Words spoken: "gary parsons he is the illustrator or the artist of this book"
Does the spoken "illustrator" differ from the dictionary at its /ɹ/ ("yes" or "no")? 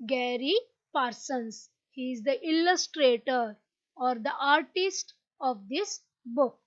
no